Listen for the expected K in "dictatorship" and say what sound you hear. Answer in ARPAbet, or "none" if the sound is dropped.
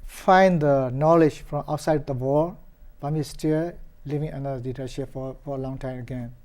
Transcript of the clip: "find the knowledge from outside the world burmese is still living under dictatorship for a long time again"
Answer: none